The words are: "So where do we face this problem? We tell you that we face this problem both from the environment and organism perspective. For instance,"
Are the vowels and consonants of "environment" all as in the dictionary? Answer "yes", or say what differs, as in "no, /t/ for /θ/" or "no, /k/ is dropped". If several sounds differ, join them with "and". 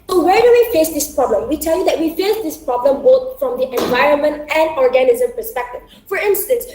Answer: yes